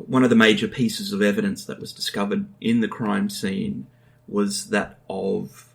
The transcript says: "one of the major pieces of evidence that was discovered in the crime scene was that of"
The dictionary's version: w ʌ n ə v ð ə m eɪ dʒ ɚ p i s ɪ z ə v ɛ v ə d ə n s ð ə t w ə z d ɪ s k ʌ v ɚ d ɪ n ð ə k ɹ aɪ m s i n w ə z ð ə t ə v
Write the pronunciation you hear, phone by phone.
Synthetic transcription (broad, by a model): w ʌ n ə v ð ə m eɪ dʒ ɚ p i s ɪ z ə v ɛ v ə d ə n s ð ə t w ə z d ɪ s k ʌ v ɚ d ɪ n ð ə k ɹ aɪ m s i n w ə z ð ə t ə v